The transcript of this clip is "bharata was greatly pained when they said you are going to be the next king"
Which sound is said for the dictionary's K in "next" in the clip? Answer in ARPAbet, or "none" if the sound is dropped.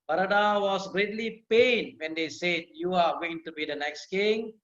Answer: K